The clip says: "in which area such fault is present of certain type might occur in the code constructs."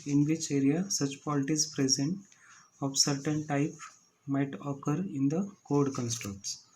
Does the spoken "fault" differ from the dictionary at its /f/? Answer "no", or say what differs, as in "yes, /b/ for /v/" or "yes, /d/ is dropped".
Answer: yes, /p/ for /f/